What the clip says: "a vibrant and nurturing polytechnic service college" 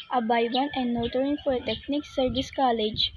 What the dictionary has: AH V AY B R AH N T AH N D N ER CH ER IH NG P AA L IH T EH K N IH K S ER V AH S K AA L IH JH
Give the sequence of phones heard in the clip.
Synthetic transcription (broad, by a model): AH B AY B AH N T AH N D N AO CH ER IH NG F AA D T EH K N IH K S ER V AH S K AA L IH JH